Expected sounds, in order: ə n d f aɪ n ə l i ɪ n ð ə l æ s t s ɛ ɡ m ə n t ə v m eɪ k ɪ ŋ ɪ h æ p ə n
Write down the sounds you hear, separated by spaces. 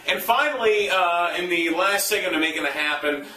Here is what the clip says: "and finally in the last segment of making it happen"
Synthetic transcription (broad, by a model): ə n f aɪ n l i ɪ n ð ə l æ s t s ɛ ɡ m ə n ə m eɪ k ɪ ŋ ɪ h æ p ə n